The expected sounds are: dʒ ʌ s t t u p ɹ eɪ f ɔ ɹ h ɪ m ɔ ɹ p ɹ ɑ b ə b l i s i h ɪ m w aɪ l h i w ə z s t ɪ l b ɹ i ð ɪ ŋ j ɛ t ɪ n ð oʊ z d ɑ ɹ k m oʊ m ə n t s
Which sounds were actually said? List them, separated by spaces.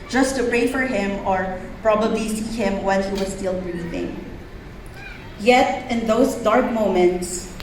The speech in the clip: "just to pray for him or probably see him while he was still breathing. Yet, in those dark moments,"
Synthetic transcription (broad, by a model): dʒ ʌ s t t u p ɹ eɪ f ɔ ɹ h ɪ m ɔ ɹ p ɹ ɑ b ə b l i s i h ɪ m w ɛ n h i w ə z s t ɪ l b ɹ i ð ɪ ŋ j ɛ t ɪ n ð oʊ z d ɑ ɹ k m oʊ m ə n t s